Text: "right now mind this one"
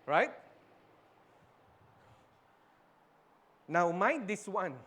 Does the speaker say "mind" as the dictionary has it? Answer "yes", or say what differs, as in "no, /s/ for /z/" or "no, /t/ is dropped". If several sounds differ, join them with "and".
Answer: no, /n/ is dropped